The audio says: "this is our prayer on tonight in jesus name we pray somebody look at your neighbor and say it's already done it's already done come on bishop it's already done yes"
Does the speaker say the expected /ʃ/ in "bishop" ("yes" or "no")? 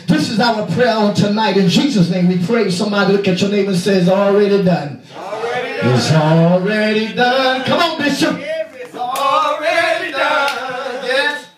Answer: no